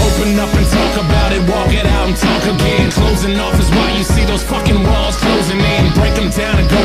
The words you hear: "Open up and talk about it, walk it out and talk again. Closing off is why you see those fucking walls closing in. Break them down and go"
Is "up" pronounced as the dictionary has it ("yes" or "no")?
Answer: no